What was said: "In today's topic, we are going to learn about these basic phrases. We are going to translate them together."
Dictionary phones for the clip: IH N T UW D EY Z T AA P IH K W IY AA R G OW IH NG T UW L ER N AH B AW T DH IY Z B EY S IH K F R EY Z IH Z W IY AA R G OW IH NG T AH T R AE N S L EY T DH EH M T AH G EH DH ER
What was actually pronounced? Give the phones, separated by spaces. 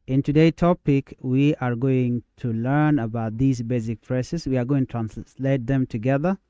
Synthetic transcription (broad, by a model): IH N T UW D EY T AA P IH K W IY AA R G OW IH NG T UW L ER N AH B AW T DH IY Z B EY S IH K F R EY S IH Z W IY AA R G OW IH NG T T R AE N S L EY T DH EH M T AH G EH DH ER